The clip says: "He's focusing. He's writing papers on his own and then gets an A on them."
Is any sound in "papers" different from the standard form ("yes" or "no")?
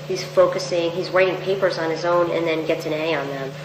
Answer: no